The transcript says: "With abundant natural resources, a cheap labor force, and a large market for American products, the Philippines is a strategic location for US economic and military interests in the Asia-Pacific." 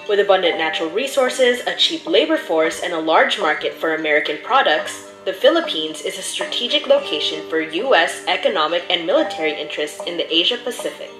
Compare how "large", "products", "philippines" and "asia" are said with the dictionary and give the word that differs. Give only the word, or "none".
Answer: none